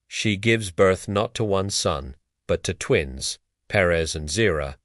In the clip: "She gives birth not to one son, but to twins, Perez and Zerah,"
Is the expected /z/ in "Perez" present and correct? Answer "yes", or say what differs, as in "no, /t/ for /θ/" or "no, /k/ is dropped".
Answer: yes